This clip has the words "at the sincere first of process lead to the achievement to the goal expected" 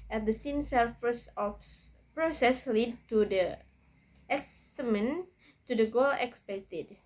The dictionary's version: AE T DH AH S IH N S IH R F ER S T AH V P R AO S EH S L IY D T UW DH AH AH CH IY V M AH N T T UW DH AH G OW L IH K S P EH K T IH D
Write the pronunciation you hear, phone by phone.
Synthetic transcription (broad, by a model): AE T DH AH S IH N S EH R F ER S AH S P R AO S EH S L IY D T UW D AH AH S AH M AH N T T UW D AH G OW L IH K S P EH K T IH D